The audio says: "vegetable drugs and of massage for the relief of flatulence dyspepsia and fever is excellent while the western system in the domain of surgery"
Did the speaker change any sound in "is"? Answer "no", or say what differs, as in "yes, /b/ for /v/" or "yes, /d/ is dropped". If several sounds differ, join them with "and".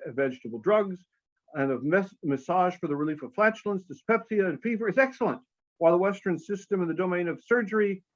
no